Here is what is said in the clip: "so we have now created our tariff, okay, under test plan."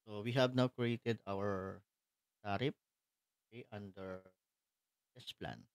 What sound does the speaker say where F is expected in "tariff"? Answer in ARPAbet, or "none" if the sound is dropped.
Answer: P